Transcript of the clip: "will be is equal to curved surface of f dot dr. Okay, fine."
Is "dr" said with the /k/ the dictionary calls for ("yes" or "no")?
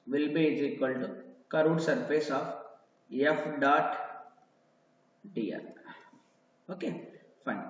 no